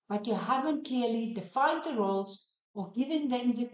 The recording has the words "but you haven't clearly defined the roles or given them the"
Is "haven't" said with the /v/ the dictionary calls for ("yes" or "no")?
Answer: yes